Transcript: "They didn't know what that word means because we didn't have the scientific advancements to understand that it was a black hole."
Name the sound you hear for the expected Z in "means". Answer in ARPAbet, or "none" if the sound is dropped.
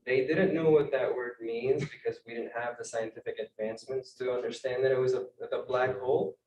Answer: Z